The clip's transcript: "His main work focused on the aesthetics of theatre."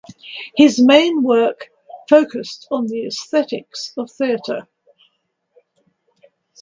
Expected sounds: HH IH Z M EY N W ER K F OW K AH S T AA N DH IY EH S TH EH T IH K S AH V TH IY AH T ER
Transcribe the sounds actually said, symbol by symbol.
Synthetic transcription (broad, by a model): HH IH Z M EY N W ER K F OW K AH S T N DH IY EH S TH EH T IH K S AH V TH IY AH T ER